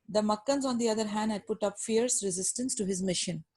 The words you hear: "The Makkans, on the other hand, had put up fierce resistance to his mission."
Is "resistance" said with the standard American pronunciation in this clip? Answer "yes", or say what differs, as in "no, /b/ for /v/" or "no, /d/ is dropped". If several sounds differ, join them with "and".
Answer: yes